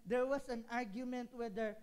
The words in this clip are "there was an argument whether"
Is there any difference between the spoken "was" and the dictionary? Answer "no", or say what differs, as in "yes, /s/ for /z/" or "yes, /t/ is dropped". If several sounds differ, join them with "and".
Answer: yes, /s/ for /z/